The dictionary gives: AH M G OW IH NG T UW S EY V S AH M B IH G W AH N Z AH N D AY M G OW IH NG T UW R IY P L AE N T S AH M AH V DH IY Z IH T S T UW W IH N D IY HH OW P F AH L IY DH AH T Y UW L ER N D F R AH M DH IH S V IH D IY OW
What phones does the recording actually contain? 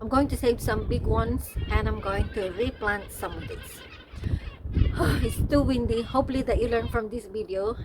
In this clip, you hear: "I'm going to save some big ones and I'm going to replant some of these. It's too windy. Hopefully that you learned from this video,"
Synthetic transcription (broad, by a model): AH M G OW IH NG T UW S EY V S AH M B IH G W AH N S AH N AY M G OW IH NG T UW R IY P L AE N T S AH M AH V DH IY S IH T S T UW W IH N D IY HH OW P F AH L IY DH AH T Y UW L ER N F R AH M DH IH S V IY D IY OW